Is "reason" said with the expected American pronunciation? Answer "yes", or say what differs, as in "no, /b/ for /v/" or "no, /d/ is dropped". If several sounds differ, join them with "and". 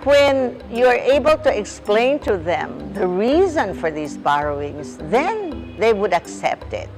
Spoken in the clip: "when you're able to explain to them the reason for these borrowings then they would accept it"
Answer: yes